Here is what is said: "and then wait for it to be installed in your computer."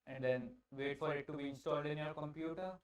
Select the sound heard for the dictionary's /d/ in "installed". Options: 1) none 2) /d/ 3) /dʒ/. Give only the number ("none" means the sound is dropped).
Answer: 2